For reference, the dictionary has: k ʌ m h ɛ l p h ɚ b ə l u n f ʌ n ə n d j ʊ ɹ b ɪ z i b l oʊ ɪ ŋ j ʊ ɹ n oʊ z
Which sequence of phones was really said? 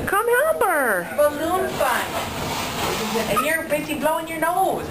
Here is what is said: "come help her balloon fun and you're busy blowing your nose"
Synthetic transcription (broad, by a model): k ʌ m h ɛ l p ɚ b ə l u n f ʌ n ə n j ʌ ɹ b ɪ s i b l oʊ ɪ ŋ j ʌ ɹ n oʊ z